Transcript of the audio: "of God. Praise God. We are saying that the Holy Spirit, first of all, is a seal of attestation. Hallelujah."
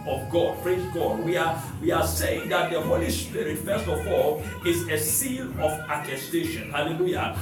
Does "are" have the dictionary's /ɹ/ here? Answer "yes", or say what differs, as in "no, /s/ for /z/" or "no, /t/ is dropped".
no, /w/ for /ɹ/